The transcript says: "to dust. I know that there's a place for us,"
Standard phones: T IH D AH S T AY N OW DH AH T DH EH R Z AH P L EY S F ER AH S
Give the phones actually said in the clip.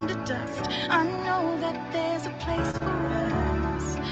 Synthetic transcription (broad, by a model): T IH D AH S T AY N OW DH AH T DH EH R Z AH P L EY S F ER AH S